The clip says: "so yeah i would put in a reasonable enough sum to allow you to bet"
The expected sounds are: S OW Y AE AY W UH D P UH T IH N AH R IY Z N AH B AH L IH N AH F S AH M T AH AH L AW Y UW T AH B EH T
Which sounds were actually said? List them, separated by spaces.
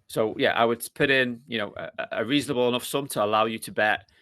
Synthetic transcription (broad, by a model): S OW Y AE AY W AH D P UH T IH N AH R IY Z N AH B AH L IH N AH F S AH M T AH AH L AW Y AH T AH B EH T